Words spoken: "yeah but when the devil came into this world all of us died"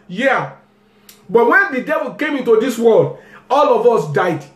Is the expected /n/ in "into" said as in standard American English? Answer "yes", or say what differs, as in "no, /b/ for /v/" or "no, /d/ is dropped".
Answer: yes